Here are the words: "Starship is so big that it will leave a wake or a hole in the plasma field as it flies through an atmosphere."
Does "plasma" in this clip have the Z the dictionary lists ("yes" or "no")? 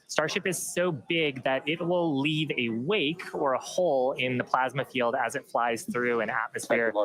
yes